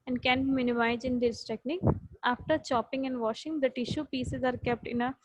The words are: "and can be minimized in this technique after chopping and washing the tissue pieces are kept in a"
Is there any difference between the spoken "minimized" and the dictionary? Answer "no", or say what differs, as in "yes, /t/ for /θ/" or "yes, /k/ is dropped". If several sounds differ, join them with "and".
yes, /d/ is dropped